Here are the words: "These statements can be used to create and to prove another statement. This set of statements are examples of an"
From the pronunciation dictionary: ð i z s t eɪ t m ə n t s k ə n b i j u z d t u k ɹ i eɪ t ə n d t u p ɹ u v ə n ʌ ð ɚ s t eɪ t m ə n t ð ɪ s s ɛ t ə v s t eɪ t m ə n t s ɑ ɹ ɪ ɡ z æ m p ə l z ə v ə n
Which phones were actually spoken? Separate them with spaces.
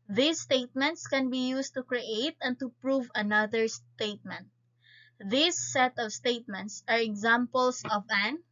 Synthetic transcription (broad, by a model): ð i s t eɪ t m ə n t s k ə n b i j u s t u k ɹ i eɪ t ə n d t u p ɹ u v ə n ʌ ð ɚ s t eɪ t m ə n t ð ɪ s s ɛ t ə v s t eɪ t m ə n t s ɑ ɹ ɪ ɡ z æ m p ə l s ə v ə n